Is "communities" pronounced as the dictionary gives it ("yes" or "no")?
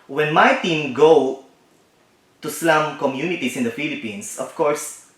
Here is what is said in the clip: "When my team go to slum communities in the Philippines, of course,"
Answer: no